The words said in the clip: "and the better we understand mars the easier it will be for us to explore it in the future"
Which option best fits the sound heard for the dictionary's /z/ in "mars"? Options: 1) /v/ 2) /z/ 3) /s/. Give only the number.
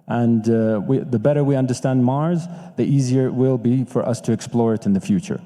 2